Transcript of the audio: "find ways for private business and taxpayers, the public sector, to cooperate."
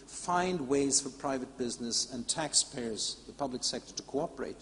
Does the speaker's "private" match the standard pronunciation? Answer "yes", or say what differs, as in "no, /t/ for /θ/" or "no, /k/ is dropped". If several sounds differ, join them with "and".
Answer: yes